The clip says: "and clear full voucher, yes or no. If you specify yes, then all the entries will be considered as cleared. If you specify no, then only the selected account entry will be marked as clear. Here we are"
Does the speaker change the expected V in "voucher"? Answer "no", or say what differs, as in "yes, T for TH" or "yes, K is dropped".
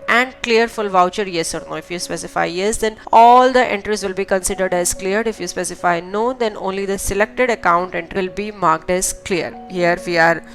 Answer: no